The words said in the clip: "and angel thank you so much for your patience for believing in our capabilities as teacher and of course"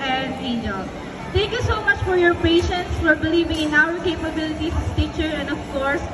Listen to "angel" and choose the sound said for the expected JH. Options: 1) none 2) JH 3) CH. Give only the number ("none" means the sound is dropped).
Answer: 1